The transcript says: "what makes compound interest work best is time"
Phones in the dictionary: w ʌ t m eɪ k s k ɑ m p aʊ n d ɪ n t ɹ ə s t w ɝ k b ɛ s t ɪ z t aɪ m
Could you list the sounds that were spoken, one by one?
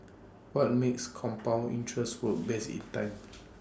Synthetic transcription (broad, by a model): w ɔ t m eɪ k s k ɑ m p aʊ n i n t ɹ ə s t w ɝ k b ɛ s ɪ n t aɪ m